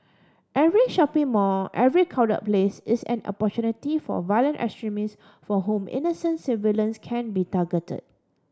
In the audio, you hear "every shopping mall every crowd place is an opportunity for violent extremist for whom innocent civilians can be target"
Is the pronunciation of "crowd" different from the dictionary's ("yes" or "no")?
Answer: yes